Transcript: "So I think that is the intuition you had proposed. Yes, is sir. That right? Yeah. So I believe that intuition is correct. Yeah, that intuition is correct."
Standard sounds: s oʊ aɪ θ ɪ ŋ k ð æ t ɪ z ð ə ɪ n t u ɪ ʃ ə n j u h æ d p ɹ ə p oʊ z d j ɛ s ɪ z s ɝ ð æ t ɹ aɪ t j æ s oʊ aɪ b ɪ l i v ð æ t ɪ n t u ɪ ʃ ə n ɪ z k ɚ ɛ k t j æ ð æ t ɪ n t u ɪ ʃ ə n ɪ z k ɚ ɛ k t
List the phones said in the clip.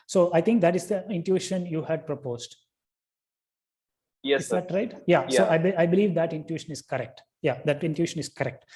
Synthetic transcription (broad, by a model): s oʊ aɪ t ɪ ŋ k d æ t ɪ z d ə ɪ n t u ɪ ʃ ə n j u h æ d p ɹ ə p oʊ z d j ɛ ɪ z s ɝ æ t ɹ aɪ t j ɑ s oʊ aɪ b ɪ l i v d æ t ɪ n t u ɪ ʃ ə n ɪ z k ɚ ɛ k t j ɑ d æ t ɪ n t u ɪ ʃ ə n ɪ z k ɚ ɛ k t